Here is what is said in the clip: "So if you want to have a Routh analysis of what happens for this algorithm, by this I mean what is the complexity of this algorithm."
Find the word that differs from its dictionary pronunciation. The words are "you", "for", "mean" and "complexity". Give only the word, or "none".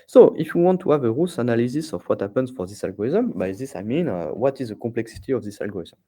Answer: complexity